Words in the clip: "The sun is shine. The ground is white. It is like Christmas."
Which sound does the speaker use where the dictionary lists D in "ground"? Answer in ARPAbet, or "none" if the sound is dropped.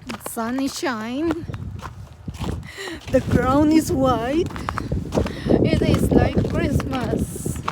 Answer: none